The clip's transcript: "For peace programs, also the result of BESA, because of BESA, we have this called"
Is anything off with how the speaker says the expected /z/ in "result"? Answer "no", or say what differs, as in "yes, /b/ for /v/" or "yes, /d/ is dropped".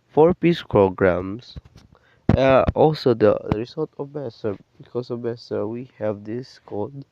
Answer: yes, /s/ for /z/